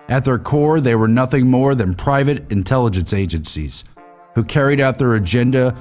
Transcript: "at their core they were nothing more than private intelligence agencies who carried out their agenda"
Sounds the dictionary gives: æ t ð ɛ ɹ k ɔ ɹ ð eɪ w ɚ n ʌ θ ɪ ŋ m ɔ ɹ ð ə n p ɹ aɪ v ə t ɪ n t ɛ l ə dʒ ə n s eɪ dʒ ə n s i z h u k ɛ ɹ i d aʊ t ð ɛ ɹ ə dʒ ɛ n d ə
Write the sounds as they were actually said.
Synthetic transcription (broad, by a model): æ t ð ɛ ɹ k ɔ ɹ ð eɪ w ɚ n ʌ θ ɪ ŋ m ɔ ɹ ð ə n p ɹ aɪ v ə t ɪ n t ɛ l ə dʒ ə n s eɪ dʒ ə n s i z h u k ɛ ɹ i d aʊ t ð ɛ ɹ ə dʒ ɛ n d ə